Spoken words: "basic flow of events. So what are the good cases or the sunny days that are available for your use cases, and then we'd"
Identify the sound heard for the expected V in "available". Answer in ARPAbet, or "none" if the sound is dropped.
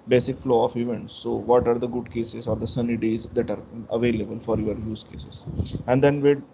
V